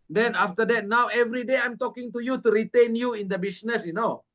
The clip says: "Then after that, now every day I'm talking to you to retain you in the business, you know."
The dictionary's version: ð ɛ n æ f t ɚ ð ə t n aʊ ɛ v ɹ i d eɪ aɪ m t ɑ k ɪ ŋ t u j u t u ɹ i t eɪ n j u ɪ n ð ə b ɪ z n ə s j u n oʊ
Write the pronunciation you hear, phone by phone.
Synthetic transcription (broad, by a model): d ɛ n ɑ f t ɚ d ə t n aʊ ɛ v ɹ i d eɪ aɪ m t ɑ k ɪ ŋ t u j u t u ɹ i t eɪ n j u ɪ n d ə b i s n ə s j u n oʊ